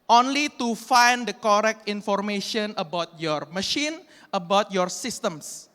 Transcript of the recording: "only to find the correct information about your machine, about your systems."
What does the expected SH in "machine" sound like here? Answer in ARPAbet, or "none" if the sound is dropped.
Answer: SH